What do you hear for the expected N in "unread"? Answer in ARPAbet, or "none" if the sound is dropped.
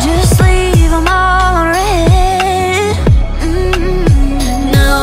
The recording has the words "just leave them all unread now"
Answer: none